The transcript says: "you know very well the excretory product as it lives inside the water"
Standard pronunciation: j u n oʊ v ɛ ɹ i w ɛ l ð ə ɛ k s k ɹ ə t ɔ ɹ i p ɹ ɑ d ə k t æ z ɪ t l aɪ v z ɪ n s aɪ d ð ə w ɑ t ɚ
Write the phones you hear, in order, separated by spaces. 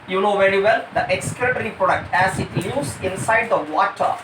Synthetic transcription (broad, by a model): j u n oʊ v ɛ ɹ i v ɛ l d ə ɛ k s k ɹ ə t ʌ ɹ i p ɹ ɑ d ə k t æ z ɪ t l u z ɪ n s aɪ d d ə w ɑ t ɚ